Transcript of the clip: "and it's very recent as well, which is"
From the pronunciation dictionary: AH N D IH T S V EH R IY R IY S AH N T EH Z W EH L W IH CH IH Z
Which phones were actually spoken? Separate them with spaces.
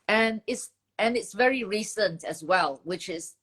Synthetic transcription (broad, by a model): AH N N IH T S V EH R IY R IY S AH N T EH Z W EH L W IH CH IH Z